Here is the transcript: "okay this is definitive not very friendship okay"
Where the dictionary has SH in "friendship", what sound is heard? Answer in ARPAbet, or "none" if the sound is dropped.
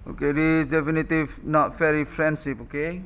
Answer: S